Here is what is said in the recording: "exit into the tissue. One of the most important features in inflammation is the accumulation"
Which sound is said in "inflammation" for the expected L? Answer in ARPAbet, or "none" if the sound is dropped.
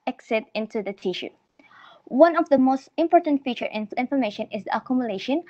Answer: none